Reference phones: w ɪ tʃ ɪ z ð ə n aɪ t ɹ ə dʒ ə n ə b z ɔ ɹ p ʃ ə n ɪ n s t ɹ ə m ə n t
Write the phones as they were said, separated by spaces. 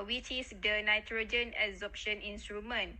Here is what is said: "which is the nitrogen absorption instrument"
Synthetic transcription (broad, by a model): w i tʃ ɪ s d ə n aɪ t ɹ ə dʒ ə n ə z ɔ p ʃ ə n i n s t ɹ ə m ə n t